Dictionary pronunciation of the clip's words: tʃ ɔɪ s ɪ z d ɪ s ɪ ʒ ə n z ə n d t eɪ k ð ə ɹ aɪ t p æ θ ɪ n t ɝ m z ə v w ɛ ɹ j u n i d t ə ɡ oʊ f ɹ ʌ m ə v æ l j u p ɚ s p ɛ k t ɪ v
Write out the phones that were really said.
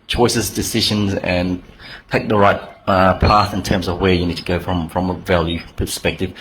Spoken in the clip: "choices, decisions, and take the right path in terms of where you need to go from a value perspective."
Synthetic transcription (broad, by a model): tʃ ɔɪ s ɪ z d ɪ s ɪ ʒ ə n z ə n t eɪ k ð ə ɹ aɪ t p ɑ θ ɪ n t ɝ m z ə v w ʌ ɹ j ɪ n i d t ə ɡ oʊ f ɹ ʌ m ə v æ l j u p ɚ s p ɛ k t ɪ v